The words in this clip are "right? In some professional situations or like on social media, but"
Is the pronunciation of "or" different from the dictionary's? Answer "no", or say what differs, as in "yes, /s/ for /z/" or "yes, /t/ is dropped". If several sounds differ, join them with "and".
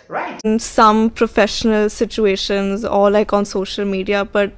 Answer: yes, /l/ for /ɹ/